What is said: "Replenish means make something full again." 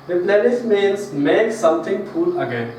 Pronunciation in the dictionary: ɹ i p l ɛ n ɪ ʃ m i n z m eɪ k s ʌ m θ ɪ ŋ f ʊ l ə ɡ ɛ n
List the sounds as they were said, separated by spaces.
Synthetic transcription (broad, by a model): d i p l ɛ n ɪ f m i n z m eɪ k s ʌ m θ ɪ ŋ p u l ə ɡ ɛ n